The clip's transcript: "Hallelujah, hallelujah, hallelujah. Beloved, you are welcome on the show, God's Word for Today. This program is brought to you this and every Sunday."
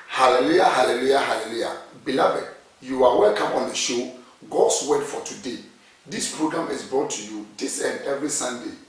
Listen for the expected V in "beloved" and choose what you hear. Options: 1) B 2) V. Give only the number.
1